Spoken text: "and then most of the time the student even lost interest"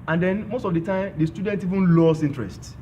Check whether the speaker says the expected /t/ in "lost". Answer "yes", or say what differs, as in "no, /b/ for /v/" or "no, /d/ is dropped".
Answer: no, /t/ is dropped